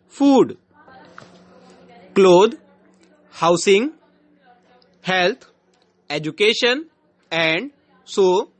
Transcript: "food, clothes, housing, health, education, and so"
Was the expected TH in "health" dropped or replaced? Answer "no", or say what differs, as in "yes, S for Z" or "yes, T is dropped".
yes, T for TH